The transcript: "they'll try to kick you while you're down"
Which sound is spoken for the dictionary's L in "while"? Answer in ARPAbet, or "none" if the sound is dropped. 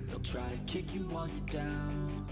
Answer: N